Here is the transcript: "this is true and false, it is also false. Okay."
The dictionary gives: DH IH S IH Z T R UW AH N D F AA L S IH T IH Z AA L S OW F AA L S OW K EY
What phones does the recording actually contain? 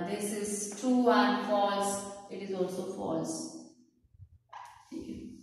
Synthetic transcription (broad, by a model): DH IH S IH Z T UW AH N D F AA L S IH T IH Z AA L S OW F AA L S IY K